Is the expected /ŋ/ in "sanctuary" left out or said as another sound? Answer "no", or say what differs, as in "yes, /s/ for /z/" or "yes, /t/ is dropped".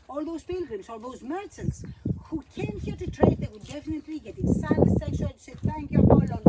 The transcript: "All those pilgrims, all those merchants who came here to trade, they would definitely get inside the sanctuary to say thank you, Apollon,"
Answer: yes, /ŋ/ is dropped